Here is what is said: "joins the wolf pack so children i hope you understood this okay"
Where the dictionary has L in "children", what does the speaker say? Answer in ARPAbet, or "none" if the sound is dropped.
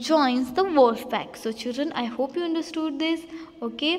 L